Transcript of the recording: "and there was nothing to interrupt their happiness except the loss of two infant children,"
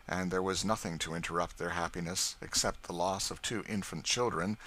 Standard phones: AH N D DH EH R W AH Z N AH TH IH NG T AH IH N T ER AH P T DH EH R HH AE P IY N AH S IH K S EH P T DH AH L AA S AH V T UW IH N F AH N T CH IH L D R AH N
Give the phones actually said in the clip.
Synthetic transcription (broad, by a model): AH N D DH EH R W AH Z N AH TH IH NG T AH IH N T ER AH P T DH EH R HH AE P IY N AH S IH K S EH P T DH AH L AA S AH V T UW IH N F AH N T CH IH L D R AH N